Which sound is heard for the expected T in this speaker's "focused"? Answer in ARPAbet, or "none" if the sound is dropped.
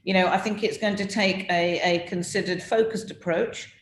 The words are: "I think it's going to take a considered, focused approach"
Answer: T